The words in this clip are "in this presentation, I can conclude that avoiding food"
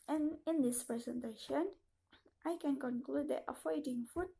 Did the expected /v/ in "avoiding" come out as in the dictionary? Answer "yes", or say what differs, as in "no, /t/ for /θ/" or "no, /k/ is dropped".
no, /f/ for /v/